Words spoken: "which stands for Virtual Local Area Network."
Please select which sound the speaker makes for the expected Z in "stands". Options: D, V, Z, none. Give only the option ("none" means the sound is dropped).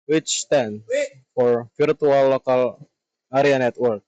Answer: none